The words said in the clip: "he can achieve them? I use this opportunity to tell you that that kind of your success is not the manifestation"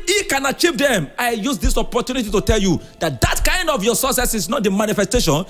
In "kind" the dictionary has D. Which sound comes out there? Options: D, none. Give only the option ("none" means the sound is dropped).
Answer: D